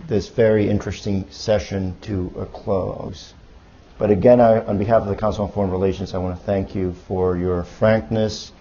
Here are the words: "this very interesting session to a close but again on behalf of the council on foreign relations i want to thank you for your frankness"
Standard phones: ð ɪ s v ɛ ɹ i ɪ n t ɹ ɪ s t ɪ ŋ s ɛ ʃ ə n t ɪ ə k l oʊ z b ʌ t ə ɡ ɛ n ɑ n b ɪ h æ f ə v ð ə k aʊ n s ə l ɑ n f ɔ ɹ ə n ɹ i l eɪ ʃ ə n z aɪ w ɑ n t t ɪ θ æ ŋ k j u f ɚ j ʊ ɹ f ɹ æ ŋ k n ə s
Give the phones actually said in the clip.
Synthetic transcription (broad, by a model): ð ɪ s v ɛ ɹ i ɪ n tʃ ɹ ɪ s t ɪ ŋ s ɛ ʃ ə n t ɪ ə k l oʊ z b ʌ t ə ɡ ɛ n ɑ n b ɪ h æ f ə v ð ə k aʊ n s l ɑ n f ɔ ɹ ə n ɹ i l eɪ ʃ ə n z aɪ w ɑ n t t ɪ θ æ ŋ k j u f ɚ j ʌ ɹ f ɹ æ ŋ k n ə s